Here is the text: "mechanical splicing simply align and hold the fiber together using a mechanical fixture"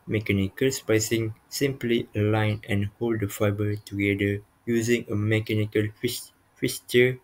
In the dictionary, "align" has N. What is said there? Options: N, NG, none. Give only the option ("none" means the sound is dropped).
N